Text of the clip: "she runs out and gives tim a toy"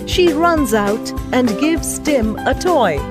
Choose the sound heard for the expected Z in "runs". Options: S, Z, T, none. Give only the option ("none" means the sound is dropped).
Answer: Z